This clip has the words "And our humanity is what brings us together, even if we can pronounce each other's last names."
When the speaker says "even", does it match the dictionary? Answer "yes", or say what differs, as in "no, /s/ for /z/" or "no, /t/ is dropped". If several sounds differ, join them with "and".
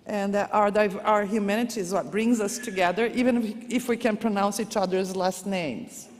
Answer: yes